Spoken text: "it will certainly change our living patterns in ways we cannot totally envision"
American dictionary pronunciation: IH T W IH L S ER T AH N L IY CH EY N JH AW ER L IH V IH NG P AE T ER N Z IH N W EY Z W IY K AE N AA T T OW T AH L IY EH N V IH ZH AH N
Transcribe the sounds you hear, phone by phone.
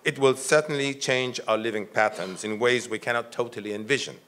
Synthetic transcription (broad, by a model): IH T W IH L S ER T N L IY CH EY N JH AW ER L IH V IH NG P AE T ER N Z IH N W EY Z W IY K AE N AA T T OW T L IY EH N V IH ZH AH N